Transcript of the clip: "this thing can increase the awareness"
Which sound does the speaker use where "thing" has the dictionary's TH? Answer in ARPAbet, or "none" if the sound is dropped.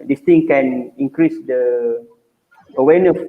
T